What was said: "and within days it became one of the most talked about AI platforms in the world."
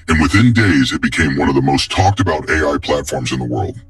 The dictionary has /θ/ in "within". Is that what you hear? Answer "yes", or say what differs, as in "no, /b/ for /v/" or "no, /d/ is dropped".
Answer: yes